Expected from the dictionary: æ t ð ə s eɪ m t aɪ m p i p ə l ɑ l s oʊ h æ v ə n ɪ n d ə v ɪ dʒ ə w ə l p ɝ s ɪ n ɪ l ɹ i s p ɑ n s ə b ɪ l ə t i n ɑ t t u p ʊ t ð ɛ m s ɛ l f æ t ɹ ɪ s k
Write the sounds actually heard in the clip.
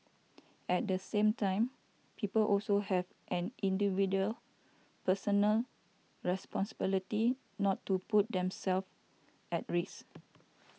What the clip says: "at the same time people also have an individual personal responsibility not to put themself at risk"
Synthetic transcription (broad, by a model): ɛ t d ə s eɪ m t aɪ m p i p ə l ɑ l s oʊ h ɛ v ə n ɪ n d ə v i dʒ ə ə l p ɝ s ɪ n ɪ l ɹ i s p ɑ n s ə b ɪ l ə t i n ɑ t t u p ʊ t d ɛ m s ɛ l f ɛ t ɹ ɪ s